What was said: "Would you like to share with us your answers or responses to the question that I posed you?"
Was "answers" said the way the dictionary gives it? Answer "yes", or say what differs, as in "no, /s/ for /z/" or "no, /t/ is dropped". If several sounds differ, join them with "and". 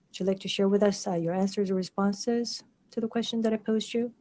yes